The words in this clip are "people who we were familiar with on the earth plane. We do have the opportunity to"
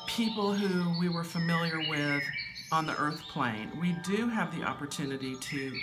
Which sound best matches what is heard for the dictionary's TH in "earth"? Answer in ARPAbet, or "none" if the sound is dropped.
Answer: TH